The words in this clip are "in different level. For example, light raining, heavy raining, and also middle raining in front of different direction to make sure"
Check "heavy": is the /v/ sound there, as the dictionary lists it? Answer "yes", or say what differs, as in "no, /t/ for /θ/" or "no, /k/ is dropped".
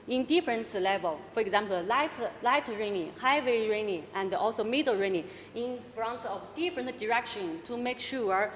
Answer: no, /w/ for /v/